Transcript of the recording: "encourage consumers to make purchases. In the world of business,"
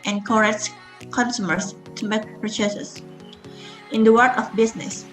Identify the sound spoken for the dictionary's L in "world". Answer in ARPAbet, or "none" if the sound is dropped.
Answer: none